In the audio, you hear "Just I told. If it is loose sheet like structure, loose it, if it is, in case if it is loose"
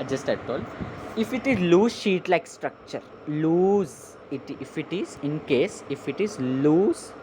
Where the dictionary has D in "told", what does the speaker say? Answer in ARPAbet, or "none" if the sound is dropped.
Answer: none